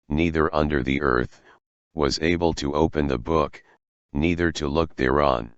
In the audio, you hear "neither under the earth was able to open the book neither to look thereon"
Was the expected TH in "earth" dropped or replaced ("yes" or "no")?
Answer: no